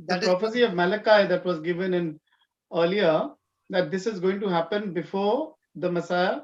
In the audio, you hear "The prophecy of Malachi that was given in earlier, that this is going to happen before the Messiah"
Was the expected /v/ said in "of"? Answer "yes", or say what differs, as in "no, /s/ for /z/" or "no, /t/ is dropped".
yes